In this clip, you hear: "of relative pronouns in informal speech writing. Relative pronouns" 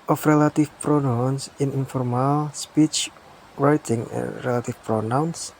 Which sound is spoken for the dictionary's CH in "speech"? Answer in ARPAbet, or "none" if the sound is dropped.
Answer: CH